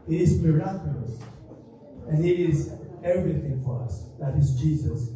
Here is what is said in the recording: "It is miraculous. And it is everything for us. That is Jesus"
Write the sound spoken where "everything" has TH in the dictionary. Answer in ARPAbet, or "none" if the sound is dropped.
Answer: TH